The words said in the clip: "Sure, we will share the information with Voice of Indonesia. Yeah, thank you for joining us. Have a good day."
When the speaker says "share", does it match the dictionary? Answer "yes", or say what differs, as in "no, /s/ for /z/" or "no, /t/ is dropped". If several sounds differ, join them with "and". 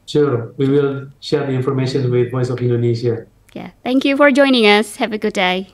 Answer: yes